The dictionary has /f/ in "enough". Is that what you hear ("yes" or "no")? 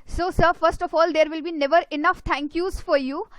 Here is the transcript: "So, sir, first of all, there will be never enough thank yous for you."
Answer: yes